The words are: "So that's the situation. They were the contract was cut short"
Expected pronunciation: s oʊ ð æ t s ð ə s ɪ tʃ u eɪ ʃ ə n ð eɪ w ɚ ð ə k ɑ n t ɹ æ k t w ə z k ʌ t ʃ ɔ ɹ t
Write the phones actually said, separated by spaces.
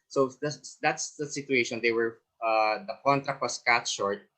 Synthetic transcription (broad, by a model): s oʊ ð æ t s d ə s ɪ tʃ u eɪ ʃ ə n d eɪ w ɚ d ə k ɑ n t ɹ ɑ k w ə s k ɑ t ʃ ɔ ɹ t